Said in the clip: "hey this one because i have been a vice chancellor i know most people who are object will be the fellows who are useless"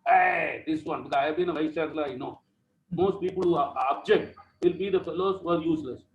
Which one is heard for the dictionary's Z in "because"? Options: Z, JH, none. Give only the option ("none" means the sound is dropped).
none